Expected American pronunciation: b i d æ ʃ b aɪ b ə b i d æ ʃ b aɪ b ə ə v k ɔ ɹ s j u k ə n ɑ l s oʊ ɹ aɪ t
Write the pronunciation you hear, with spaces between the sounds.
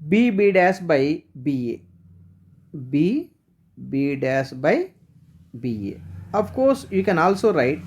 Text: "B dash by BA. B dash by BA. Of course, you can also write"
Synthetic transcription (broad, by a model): b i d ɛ s b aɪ b ə b i d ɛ s b aɪ b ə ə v k ɔ ɹ s j u k ə n ɑ l s oʊ ɹ aɪ t